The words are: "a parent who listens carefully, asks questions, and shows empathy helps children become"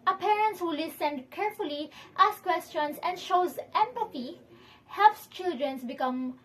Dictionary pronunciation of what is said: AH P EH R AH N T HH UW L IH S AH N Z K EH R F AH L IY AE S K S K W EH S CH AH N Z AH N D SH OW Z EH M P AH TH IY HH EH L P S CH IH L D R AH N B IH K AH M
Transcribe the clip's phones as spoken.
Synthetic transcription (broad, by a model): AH P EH R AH N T HH UW L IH S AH N K EH R F AH L IY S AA S K W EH S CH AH N S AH N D SH OW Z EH M P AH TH IY HH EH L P S CH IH L D R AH N B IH K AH M